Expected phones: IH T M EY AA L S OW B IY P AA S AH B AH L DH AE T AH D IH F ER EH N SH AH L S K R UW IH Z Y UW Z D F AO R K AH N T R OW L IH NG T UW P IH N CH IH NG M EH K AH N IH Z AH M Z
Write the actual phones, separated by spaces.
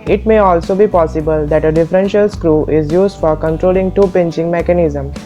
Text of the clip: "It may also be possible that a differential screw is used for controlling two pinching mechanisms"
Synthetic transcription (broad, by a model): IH T M EY AA L S OW B IY P AA S AH B AH L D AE T AH D IH F ER EH N SH AH L S K R UW IH Z Y UW Z D F AO R K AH N T R OW L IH NG T UW P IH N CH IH NG M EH K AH N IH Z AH M